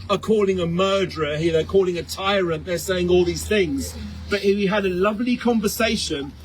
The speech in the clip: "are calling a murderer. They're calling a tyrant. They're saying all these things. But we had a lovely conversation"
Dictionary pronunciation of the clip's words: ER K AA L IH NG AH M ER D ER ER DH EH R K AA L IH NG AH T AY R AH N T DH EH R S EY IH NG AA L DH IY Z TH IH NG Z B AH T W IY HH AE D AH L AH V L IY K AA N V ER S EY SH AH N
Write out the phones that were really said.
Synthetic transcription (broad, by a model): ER K AA L IH NG AH M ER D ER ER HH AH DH K AA L IH NG AH T AY R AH N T DH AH R S EY IH NG AA L DH IY Z TH IH NG Z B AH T W IY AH D AH L AH V L IY K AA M V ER S EY SH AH N